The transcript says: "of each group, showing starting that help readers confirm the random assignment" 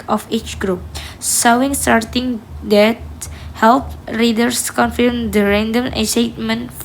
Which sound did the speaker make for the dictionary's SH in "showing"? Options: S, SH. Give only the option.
S